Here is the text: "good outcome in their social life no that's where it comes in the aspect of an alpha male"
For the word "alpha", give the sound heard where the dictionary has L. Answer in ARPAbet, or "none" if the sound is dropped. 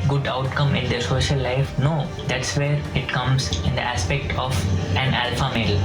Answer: L